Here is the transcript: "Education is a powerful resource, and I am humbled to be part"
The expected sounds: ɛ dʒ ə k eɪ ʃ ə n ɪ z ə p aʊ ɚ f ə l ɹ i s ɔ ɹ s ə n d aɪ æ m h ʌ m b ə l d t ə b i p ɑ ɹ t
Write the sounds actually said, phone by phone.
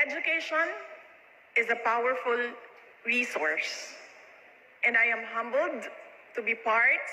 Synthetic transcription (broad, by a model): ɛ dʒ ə k eɪ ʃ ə n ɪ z ə p aʊ ɚ f ə l ɹ i s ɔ ɹ s ə n d aɪ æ m h ʌ m b ə l d t ə b i p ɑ ɹ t